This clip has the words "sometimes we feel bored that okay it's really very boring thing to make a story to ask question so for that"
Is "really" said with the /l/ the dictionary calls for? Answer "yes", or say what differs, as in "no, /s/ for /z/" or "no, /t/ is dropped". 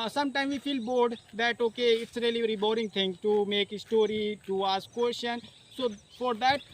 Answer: no, /l/ is dropped